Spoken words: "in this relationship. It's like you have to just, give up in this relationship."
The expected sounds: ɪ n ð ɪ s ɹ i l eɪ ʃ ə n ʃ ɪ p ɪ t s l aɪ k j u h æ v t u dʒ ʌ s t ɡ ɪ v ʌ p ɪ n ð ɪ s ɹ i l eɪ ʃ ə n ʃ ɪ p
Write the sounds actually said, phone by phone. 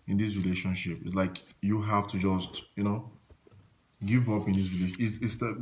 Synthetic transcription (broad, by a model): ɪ n ð ɪ s ɹ i l eɪ ʃ ə n ʃ ɪ p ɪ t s l aɪ k j u h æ f t u dʒ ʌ s t ɡ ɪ v ʌ p ɪ n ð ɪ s ɹ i l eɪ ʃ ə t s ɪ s